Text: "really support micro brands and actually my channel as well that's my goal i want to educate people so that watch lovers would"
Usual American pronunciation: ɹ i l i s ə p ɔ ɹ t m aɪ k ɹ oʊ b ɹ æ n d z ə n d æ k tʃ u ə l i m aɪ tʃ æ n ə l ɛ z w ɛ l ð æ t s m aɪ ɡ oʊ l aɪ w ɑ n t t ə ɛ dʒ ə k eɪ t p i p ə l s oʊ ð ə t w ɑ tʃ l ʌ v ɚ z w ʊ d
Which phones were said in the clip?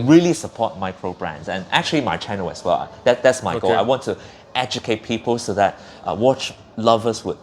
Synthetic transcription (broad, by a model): ɹ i l i s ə p ɔ t m aɪ k ɹ oʊ b ɹ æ n d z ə n æ k tʃ u ə l i m aɪ tʃ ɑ n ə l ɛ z w ɛ l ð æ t s m aɪ ɡ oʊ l aɪ w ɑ n t t ɛ dʒ ə k eɪ t p i p ə l s oʊ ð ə t w ɑ tʃ l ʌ v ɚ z w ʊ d